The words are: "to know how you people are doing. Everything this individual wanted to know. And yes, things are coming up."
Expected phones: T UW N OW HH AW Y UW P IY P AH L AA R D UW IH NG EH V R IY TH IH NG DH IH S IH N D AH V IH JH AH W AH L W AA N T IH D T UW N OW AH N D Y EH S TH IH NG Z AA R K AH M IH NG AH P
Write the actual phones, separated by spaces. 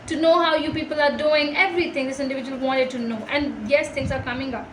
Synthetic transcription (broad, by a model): T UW N OW HH AW Y UW P IY P AH L AA R D UW IH NG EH V R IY T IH NG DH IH S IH N D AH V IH JH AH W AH L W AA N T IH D T UW N OW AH N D Y EH S T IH NG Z AA R K AH M IH NG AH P